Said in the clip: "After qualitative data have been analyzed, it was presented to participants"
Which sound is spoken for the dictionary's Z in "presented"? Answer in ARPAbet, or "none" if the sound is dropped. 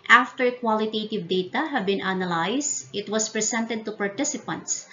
S